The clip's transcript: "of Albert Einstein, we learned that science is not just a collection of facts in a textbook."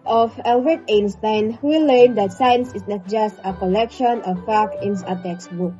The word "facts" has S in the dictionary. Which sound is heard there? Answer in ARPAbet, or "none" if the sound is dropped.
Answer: none